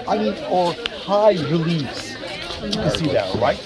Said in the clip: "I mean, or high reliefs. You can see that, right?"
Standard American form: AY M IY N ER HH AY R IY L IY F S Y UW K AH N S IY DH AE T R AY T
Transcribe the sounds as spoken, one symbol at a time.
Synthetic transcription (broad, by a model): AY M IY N ER HH AY R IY L IY S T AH S IY DH AE T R AY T